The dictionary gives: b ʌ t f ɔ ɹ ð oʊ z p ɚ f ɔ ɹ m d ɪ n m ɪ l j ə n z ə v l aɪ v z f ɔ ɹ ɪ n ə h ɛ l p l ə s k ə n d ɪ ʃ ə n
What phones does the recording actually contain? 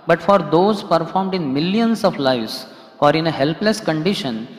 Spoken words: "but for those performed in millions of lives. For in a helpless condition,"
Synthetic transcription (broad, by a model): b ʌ t f ɔ ɹ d oʊ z p ɚ f ɔ ɹ m d ɪ n m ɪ l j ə n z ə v l aɪ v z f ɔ ɹ ɪ n ə h ɛ l p l ə s k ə n d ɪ ʃ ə n